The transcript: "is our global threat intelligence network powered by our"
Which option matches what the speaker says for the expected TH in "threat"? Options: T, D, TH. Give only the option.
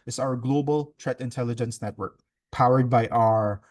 T